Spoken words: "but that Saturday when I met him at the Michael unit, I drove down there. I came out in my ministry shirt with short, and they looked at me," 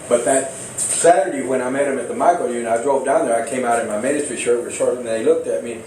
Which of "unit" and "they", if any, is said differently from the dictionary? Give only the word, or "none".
unit